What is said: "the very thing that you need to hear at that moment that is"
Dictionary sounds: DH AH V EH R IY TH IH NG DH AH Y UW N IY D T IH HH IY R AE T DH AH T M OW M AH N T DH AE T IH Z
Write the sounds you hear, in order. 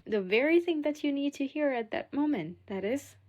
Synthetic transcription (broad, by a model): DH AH V EH R IY TH IH NG DH AH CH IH N IY D T IH HH IY R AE T DH AH T M OW M AH N T DH AE T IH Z